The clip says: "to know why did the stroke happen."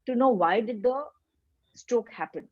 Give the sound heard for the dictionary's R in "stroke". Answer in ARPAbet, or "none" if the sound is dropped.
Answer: none